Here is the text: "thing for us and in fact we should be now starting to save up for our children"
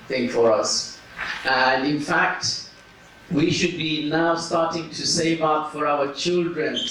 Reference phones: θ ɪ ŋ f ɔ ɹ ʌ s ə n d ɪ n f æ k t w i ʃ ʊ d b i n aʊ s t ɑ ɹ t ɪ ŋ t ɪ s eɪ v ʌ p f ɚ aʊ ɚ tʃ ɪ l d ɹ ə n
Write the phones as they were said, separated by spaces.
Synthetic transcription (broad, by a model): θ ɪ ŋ f ɔ ɹ ʌ s ə n d ɪ n f æ k t w i ʃ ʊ d b i n aʊ s t ɑ ɹ t ɪ ŋ t ɪ s eɪ v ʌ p f ɚ aʊ ɚ tʃ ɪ l d ɹ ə n